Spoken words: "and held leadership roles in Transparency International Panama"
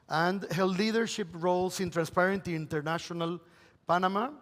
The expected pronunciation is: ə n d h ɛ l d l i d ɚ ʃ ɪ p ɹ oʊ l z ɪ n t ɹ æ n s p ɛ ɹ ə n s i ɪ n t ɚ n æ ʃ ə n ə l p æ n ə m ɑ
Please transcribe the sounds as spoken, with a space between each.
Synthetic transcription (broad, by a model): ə n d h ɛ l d l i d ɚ ʃ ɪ p ɹ oʊ l s ɪ n t ɹ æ n s p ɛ ɹ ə n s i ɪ n t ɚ n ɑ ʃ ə n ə l p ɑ n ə m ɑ